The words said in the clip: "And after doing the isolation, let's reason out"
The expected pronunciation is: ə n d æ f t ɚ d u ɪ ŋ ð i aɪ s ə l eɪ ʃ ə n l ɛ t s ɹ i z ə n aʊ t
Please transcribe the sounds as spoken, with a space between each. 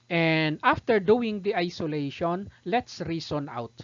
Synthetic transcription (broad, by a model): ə n d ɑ f t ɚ d u ɪ ŋ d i aɪ s ə l eɪ ʃ ə n l ɛ t s ɹ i s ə n aʊ t